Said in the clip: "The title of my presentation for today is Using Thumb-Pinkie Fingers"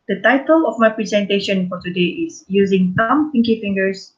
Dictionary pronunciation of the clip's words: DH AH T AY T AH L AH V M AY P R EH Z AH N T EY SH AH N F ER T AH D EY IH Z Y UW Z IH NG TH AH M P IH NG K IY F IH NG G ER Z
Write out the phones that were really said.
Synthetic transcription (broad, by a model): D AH T AY T AH L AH F M AY P R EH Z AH N T EY SH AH N F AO T AH D EY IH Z Y UW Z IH NG S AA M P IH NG K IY F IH NG G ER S